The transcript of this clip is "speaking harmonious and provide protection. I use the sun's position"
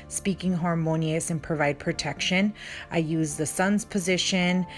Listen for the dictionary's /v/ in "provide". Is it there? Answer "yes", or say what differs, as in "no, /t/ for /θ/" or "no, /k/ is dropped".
yes